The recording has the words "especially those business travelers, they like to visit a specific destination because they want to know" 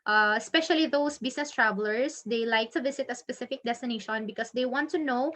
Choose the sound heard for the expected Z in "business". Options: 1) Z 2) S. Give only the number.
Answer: 2